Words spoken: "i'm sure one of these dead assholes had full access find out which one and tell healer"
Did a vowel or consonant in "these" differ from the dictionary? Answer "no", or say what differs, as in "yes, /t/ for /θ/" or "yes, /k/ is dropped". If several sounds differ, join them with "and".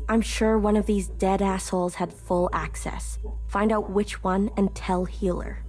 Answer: no